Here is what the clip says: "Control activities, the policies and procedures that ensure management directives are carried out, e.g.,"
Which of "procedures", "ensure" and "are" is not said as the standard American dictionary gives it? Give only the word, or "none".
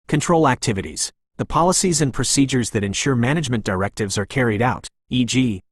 none